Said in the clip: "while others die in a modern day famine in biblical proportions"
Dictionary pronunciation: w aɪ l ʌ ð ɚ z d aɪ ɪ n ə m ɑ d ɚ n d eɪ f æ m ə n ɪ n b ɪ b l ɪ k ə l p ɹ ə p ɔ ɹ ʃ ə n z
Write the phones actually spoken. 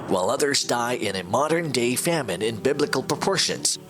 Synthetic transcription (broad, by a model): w aɪ l ʌ ð ɚ z d aɪ ɪ n ə m ɑ d ɚ n d eɪ f æ m ə n ɪ n b ɪ b l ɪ k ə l p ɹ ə p ɔ ɹ ʃ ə n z